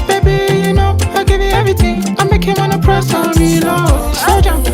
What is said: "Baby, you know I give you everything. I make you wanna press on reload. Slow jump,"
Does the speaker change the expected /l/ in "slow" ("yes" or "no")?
yes